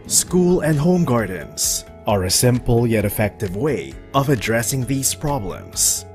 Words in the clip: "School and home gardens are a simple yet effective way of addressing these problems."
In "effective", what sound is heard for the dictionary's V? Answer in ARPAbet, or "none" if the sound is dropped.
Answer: V